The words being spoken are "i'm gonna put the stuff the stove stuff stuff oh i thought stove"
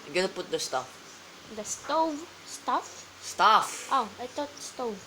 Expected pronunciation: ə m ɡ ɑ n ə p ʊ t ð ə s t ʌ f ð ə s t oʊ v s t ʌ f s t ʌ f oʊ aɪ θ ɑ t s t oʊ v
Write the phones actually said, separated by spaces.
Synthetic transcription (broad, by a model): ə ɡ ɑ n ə p ʊ t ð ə s t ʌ f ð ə s t oʊ v s t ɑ f s t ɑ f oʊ aɪ t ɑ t s t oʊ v